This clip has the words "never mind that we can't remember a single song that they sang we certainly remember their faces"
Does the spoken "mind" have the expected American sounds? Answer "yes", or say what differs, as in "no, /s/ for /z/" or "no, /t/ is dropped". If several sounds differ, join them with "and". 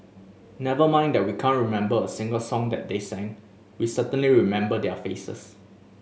yes